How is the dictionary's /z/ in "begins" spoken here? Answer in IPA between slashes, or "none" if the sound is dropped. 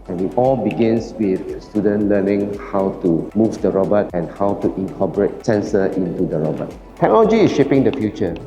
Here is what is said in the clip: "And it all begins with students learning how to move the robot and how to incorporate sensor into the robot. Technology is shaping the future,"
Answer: /s/